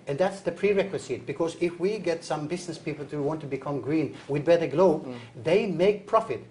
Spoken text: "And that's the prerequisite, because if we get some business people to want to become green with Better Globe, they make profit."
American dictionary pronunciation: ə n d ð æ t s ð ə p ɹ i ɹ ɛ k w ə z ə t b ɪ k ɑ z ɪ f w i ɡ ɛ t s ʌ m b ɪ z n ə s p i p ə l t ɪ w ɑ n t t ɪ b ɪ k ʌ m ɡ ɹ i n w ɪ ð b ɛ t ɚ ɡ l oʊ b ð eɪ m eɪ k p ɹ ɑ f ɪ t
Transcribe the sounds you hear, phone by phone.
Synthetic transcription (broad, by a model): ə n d ð æ t s ð ə p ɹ i ɹ ɛ k w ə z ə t b ɪ k ɑ z ɪ f w i ɡ ɛ t s ʌ m b ɪ z n ə s p i p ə l t ɪ w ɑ n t t ɪ b ɪ k ʌ m ɡ ɹ i n w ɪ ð b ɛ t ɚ ɡ l oʊ b ð eɪ m eɪ k p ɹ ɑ f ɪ t